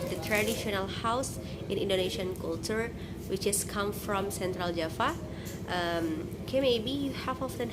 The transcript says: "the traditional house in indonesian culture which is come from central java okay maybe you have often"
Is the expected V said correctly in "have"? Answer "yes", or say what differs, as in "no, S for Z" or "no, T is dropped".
no, F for V